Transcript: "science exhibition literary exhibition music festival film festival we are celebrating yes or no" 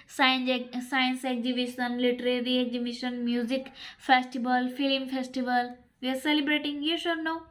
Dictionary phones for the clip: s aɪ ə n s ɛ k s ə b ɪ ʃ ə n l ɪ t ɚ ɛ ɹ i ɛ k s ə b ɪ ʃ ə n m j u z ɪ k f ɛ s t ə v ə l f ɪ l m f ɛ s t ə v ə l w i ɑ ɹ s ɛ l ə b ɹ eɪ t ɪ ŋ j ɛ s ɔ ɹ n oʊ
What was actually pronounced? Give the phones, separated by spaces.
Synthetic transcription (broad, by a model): s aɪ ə n s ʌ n s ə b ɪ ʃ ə n l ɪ t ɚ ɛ ɹ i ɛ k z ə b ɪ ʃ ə n m j u z ɪ k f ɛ s t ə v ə l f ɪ l m f ɛ s t ə v ə l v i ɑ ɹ s ɛ l ə b ɹ eɪ t ɪ ŋ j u ʃ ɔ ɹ n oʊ